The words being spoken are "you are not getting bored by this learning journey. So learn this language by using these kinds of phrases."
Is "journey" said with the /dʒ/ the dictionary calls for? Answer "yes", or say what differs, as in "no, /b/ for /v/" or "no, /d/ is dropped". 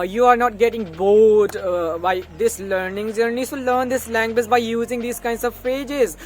no, /z/ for /dʒ/